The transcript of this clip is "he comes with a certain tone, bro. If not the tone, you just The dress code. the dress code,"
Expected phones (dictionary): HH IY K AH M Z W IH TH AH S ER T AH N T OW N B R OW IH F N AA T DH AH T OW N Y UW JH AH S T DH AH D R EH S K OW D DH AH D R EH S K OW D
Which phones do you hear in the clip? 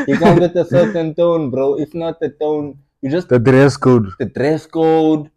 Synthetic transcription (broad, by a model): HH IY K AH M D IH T AH S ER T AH N T OW N B R OW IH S N AA T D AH T OW N Y UW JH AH S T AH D R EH S K OW D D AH D R EH S K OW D